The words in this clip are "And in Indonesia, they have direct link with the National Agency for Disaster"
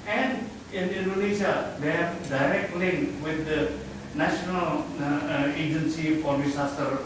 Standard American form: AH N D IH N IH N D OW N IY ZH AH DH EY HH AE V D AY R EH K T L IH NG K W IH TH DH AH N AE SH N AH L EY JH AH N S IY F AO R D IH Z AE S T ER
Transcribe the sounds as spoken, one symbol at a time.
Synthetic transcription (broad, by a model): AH N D IH N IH N D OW N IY S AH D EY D D AY R EH K T L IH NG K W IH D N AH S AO N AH L EY JH AH N S IY F AO R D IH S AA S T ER